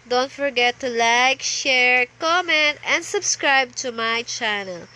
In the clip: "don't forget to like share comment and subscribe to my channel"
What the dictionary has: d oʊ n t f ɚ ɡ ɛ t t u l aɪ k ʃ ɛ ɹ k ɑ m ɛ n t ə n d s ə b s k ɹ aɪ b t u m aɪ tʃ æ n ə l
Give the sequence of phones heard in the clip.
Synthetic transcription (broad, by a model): d oʊ n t f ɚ ɡ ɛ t t u l aɪ k ʃ ɛ ɹ k ɑ m ɛ n t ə n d s ə b s k ɹ aɪ b t u m aɪ tʃ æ n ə l